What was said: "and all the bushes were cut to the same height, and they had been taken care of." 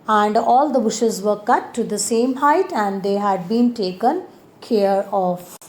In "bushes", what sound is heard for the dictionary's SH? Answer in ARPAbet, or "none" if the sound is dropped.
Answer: SH